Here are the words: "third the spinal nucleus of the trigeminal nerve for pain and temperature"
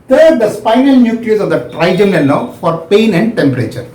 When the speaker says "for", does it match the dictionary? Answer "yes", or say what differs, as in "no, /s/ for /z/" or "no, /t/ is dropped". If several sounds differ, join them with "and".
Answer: yes